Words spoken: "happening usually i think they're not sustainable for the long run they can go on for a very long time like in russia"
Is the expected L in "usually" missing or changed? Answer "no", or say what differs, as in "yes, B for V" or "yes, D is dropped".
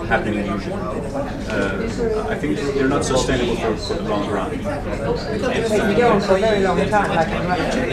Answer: yes, N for L